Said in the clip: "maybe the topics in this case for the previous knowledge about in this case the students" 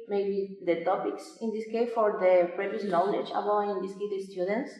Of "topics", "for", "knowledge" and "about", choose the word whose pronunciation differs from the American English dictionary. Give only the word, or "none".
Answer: about